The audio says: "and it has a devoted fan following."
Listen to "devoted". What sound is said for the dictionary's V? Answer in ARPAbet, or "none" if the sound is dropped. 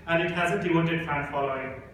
W